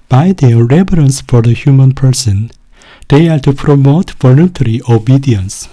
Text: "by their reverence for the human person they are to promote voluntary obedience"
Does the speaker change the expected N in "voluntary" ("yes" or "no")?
no